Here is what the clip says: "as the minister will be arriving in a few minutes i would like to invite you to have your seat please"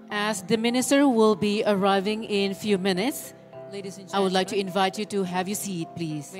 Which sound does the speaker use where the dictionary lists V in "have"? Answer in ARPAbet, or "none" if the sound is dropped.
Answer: V